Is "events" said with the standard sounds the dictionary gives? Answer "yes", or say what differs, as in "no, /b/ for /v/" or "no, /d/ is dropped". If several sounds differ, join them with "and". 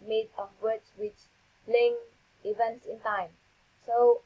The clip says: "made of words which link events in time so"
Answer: yes